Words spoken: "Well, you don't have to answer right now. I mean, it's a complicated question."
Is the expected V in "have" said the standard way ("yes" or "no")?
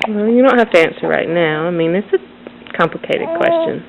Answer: no